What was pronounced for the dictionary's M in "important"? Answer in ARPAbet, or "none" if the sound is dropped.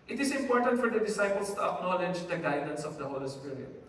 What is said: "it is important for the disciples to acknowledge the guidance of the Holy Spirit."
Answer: M